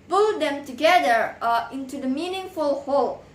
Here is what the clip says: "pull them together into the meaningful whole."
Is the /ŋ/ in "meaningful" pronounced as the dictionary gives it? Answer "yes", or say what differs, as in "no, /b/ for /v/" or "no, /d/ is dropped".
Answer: yes